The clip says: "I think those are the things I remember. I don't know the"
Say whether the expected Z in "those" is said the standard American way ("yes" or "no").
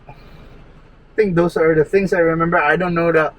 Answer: no